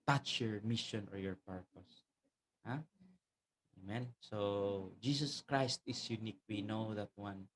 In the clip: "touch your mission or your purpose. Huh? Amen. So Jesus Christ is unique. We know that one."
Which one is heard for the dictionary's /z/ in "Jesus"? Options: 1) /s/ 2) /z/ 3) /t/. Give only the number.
1